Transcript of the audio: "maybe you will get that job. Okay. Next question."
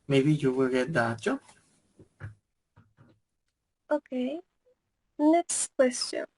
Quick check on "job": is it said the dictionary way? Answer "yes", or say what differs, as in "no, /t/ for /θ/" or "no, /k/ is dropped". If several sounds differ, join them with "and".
no, /b/ is dropped